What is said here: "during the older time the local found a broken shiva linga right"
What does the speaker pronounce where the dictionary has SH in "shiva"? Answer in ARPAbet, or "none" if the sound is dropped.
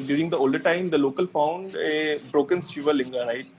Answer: S